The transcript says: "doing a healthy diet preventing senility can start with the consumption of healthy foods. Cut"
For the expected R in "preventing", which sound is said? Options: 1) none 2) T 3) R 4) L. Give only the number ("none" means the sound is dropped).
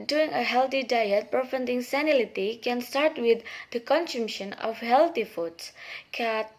1